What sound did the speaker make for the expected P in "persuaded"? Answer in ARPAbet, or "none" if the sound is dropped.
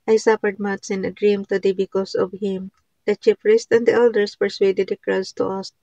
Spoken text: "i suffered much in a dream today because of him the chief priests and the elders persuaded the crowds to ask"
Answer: P